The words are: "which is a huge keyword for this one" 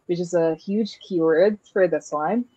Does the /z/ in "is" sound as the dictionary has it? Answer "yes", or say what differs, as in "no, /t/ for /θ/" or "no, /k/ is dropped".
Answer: yes